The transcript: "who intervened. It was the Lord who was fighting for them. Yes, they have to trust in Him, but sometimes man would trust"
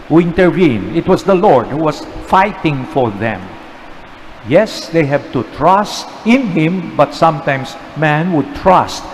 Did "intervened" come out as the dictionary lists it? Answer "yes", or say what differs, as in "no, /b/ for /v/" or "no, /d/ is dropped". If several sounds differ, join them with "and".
no, /v/ is dropped and /d/ is dropped